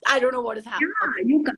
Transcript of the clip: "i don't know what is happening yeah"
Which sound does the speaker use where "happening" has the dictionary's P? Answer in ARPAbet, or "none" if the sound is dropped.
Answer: none